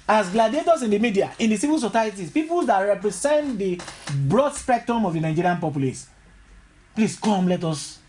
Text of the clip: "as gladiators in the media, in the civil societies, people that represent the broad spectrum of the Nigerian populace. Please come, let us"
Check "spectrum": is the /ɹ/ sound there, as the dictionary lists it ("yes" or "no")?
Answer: yes